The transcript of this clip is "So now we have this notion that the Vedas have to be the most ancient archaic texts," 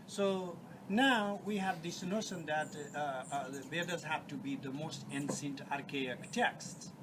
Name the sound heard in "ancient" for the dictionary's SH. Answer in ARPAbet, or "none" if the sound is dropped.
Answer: S